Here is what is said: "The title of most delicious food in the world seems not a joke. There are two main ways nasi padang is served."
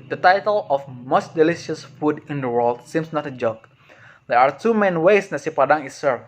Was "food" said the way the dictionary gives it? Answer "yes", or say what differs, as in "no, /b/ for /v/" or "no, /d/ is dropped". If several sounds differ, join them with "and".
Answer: yes